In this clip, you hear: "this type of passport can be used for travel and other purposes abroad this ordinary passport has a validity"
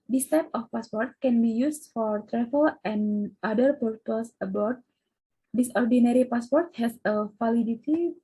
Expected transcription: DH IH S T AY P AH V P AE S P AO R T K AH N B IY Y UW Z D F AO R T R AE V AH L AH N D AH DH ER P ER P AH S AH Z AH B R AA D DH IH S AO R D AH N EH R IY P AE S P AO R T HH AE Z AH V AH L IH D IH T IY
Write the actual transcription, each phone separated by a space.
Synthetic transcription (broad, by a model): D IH S T AY P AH F P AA S P AO R T K AH N B IY Y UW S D F AO R T R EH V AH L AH N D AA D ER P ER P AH S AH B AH R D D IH S AO R D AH N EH R IY P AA S P AO R T HH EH S AH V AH L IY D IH T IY